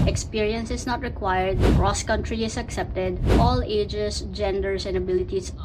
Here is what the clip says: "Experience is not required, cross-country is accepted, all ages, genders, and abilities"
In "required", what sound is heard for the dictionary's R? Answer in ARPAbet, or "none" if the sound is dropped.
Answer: R